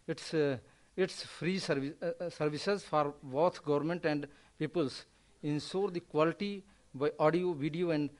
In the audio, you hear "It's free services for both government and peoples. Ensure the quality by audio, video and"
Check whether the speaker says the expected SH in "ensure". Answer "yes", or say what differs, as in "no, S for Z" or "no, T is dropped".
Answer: no, S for SH